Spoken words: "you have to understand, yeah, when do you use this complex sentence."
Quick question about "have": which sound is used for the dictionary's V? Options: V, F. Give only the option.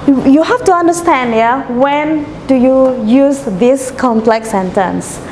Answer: F